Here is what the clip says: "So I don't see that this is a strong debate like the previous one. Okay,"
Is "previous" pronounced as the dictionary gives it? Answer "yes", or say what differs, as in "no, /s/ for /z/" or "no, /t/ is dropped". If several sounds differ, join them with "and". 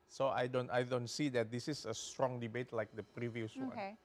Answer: yes